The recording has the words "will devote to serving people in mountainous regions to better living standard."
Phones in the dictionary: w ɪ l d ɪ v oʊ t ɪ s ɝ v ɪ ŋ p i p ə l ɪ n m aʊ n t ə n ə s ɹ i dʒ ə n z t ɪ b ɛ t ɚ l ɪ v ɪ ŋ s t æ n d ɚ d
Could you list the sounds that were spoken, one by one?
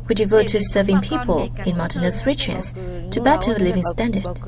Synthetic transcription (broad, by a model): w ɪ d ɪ v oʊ t ɪ s ɝ v ɪ ŋ p i p ə l ɪ n m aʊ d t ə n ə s ɹ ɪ tʃ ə z t ɪ b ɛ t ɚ l ɪ v ɪ ŋ s t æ n d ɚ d